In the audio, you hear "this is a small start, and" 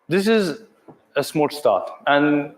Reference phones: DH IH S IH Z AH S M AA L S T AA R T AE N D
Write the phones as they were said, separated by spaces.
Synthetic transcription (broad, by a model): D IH S IH Z AH S M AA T S T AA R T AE N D